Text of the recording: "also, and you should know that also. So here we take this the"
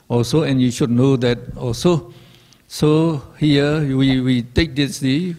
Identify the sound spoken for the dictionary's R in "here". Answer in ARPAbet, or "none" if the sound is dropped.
W